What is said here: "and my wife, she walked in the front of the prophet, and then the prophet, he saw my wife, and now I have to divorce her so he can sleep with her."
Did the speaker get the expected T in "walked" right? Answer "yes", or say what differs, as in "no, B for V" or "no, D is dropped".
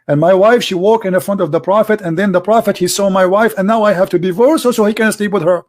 no, T is dropped